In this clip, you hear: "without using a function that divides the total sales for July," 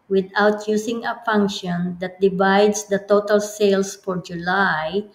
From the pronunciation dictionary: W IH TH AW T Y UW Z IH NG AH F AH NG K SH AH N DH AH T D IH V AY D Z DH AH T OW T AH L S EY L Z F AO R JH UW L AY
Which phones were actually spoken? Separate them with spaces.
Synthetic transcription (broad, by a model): W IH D AW T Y UW S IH NG AH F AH NG K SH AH N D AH T D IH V AY D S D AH T OW T AH L S EY L S F AO R JH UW L AY